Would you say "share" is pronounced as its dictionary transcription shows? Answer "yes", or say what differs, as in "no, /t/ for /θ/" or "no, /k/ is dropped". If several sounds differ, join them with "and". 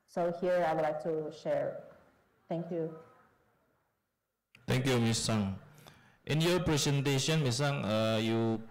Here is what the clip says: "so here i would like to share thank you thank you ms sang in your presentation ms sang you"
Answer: yes